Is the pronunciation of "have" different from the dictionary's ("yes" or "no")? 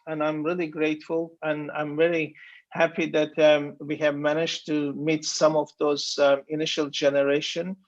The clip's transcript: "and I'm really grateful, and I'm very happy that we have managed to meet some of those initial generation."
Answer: no